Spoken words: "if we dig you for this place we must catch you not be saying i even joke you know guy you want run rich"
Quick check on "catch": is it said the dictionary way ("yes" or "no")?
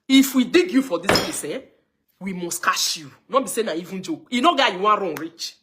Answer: no